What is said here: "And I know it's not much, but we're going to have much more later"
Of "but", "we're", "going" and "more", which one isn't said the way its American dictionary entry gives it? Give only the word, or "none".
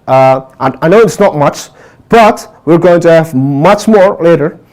none